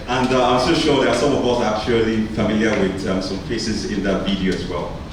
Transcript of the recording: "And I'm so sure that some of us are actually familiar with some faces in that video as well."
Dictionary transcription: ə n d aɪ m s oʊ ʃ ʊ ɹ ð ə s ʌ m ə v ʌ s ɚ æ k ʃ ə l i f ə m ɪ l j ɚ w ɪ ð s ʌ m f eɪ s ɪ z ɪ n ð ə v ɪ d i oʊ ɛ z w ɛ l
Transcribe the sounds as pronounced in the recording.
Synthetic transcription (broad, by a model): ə n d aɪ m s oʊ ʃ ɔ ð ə s ʌ m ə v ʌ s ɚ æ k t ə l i f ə m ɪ l j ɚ w ɪ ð s ʌ m p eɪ s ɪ z ɪ n ð ə v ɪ d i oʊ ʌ z w ɛ l